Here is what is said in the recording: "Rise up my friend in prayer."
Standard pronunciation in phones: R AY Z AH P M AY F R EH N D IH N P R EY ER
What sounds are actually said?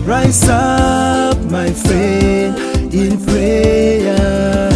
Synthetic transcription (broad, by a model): R AY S AH P M AY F R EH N IH N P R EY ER